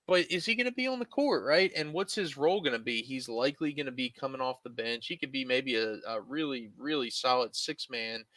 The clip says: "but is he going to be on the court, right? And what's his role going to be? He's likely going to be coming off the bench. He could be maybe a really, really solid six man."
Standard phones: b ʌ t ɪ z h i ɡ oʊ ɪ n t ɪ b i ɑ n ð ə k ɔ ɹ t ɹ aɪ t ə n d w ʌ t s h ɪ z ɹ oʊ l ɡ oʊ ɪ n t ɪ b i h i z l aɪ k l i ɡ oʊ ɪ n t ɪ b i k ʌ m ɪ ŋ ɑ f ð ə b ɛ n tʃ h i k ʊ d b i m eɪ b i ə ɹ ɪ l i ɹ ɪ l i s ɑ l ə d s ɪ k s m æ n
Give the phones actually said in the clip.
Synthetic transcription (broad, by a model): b ʌ t ɪ z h i ɡ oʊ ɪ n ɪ b i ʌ n ð ə k ɔ ɹ t ɹ aɪ t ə n w ʌ t s h ɪ z ɹ oʊ l ɡ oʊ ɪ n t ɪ b i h i z l aɪ k l i ɡ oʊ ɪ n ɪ b i k ʌ m ɪ ŋ ɑ f ð ə b ɛ n tʃ h i k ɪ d b i m eɪ b i ə ɹ ɪ l i ɹ ɪ l i s ɑ l ə d s ɪ k s m æ n